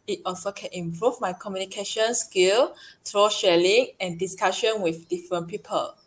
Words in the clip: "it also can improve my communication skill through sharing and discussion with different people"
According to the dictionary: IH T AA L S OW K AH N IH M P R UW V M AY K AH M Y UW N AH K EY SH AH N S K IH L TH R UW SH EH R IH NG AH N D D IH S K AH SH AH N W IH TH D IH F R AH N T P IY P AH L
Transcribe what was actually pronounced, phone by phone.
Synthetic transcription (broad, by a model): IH T AA L S OW K AH N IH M P R UW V M AY K AH M Y UW N AH K EY SH AH N S K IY L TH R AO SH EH L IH NG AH N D D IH S K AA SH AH N W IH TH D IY F R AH N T P IY P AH L